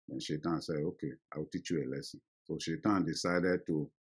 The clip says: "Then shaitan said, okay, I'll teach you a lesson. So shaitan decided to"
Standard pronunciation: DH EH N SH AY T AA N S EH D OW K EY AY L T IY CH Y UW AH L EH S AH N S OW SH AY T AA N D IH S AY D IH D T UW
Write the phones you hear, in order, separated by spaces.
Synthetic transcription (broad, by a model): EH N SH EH T AA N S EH OW K EY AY W T IY CH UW AH L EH S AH S OW SH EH T AA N D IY S AY D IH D T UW